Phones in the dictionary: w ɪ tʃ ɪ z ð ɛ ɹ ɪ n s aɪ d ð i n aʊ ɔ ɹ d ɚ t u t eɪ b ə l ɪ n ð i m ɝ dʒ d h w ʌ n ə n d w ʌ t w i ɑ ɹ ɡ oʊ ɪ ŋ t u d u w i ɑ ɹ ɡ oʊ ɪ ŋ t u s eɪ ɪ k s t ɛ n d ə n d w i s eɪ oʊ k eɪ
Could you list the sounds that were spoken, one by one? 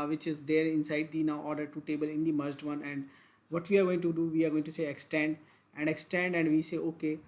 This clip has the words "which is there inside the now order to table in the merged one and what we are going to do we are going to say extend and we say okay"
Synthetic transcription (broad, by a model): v ɪ tʃ ɪ z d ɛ ɹ ɪ n s aɪ d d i n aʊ ɔ ɹ d ɚ t u t eɪ b ə l ɪ n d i m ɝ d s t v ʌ n ə n d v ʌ t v i ɑ ɹ ɡ oʊ ɪ ŋ t u d u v i ɑ ɹ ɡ oʊ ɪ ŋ t u s eɪ ɪ k s t ɛ n d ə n d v i s eɪ oʊ k eɪ